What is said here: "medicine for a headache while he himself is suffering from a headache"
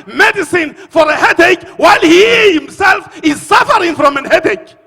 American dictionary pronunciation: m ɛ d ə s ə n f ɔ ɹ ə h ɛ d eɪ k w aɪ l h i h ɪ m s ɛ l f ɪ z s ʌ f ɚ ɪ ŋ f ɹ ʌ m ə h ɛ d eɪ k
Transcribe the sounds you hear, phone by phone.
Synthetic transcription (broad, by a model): m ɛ d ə s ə n f ɔ ɹ ə h ɛ d eɪ k w aɪ l h i h ɪ m s ɛ l f ɪ z s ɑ f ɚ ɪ ŋ f ɹ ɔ m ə h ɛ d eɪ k